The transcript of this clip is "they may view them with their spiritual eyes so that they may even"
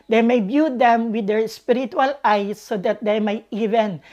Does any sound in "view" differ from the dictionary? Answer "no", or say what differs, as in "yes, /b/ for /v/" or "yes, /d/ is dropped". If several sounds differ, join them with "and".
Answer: yes, /b/ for /v/